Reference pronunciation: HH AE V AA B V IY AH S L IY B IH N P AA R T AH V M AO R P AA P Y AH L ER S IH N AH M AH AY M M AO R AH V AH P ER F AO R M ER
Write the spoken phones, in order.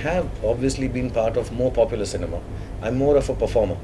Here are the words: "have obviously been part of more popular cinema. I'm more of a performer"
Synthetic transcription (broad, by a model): HH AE V AA B V IY AH S L IY B IH N P AA R T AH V M AO R P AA P Y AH L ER S IH N AH M AH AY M M AO R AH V AH P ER F AO R M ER